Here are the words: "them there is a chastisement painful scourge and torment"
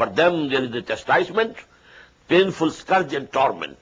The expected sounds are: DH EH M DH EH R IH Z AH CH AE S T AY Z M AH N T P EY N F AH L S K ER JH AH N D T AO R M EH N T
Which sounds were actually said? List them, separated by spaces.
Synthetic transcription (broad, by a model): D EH M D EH R IH Z AH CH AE S T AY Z M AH N T P EY N F AH L S K ER JH AH N D T AO R M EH N T